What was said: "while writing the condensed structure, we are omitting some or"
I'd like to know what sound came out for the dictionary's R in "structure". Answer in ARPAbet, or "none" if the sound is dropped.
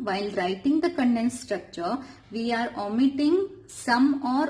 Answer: R